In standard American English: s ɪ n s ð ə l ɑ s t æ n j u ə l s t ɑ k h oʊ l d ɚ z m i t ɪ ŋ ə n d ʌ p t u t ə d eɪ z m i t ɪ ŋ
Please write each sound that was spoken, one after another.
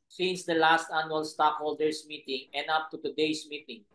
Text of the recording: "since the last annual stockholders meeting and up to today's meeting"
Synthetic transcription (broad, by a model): s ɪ n s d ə l ɑ s t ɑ n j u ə l s t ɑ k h oʊ l d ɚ s m i t ɪ ŋ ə n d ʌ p t u t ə d eɪ s m i t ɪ ŋ